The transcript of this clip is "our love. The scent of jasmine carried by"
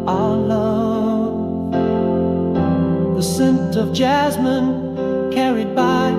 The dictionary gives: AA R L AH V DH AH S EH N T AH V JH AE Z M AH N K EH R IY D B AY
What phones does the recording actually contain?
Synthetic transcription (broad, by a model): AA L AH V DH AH S EH N T AH V JH AE Z M AH N K EH R IY D B AY